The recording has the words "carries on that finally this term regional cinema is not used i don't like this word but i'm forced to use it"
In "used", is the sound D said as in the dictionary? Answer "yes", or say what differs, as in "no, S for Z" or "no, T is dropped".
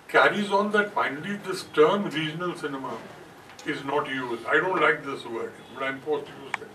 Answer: no, D is dropped